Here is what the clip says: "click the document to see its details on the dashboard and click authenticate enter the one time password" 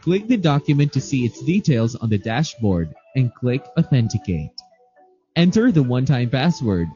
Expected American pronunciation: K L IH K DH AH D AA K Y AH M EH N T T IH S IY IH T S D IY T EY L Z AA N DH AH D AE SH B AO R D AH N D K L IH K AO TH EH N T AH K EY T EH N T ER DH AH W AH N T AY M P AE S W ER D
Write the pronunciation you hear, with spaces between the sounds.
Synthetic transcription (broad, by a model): K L IH K DH AH D AA K Y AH M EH N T T IH S IY IH T S D IY T EY L Z N DH AH D AE SH B AO R D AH N K L IH K AO TH EH N T AH K EY T EH N T ER DH AH W AH N T AY M P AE S W ER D